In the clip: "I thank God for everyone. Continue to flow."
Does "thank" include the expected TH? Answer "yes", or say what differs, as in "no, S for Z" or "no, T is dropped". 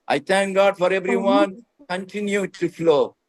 no, T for TH